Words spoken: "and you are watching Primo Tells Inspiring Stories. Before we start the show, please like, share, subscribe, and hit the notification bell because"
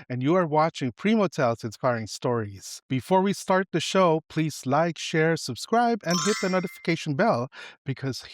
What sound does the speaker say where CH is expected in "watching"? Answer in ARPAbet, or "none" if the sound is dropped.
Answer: CH